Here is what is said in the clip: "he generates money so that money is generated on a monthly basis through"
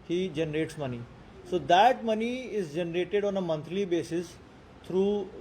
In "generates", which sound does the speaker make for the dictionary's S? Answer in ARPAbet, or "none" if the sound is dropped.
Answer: S